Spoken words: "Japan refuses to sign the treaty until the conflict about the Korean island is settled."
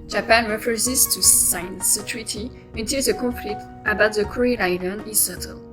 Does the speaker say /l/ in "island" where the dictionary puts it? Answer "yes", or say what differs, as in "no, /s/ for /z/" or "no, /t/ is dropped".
no, /n/ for /l/